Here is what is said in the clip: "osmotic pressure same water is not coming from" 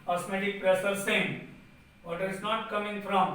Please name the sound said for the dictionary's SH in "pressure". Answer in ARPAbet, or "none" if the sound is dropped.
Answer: S